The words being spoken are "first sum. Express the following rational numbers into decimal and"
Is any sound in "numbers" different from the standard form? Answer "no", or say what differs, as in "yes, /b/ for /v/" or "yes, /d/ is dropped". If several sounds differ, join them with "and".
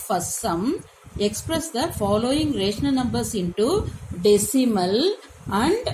yes, /s/ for /z/